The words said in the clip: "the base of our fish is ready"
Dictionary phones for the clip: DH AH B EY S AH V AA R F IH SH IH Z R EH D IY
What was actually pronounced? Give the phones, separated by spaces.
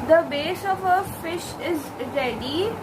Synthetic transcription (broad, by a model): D AH B EY S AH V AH F IH SH IH Z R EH D IY